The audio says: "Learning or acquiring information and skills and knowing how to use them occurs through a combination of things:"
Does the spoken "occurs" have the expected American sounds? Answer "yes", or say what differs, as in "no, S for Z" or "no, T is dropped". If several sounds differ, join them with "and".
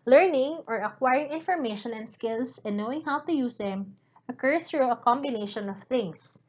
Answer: no, Z is dropped